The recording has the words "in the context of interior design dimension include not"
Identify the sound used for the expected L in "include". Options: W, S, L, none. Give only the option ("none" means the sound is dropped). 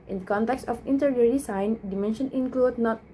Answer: L